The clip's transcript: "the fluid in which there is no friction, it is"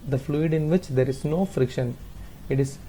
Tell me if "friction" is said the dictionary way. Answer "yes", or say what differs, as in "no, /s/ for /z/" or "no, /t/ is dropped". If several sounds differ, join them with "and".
yes